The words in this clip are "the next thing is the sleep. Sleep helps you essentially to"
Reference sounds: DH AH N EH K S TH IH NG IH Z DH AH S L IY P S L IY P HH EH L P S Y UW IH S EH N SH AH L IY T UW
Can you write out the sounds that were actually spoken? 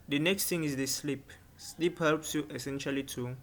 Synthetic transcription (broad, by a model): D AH N EH K S T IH NG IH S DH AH S L IY P S L IY P HH EH L P S Y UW IH S EH N SH AH L IY T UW